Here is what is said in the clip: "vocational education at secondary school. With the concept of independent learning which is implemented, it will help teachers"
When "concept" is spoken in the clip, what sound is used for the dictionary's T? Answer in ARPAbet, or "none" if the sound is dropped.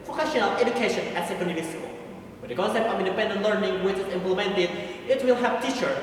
none